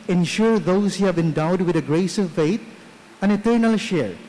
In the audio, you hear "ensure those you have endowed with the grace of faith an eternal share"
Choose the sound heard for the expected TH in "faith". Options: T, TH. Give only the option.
T